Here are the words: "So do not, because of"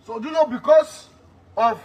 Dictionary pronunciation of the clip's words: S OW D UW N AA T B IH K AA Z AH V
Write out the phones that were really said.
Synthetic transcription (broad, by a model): S OW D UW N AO B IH K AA S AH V